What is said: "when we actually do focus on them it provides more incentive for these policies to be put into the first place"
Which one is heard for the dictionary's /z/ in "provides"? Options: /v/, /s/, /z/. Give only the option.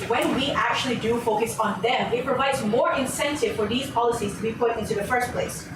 /z/